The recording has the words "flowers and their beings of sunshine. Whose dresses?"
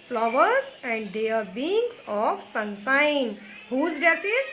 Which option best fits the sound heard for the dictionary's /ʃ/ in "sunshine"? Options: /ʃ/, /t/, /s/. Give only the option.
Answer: /s/